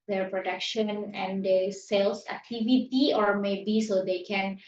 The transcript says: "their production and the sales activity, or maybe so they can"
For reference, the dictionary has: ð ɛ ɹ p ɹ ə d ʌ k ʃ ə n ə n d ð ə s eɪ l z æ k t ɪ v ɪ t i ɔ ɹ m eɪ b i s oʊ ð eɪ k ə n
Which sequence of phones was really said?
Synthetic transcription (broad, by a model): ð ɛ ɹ p ɹ ə d ʌ k ʃ ə n ə n d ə s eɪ l s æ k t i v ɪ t i ɔ ɹ m eɪ b i s oʊ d eɪ k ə n